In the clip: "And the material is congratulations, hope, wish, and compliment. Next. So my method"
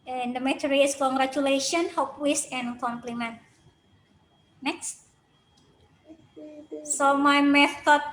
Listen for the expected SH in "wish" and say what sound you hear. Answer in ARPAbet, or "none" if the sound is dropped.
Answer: S